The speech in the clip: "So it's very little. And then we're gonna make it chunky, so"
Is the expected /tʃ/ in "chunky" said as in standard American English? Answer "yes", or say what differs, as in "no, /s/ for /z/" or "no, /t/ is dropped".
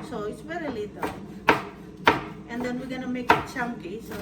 no, /s/ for /tʃ/